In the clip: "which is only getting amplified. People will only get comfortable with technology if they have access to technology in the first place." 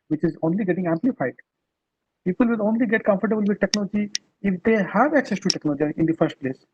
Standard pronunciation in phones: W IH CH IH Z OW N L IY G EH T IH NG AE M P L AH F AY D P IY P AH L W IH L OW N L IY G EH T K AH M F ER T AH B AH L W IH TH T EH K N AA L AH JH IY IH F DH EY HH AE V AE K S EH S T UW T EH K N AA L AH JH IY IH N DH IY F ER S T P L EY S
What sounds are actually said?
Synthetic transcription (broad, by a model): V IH CH IH Z OW N L IY G EH T IH NG AE M P L AH F AY D P IY P AH L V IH L OW N L IY G EH T K AH M F ER T AH B AH L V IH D T EH K N AA L AH JH IY IH F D EY HH AE V AE K S EH S T UW T EH K N AA L AH JH IY IH N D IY F ER S T P L EY S